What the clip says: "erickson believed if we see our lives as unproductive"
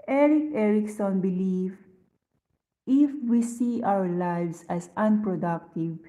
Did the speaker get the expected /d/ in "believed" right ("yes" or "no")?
no